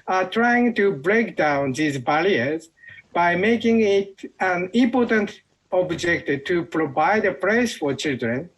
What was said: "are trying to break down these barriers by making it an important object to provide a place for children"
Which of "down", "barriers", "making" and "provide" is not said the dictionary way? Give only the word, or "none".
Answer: barriers